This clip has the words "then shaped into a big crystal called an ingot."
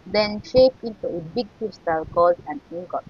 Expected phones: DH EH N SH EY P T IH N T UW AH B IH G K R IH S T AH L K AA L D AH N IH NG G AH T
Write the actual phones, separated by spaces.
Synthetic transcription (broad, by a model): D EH N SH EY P IH N T UW AH B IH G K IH S T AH L K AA L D AH N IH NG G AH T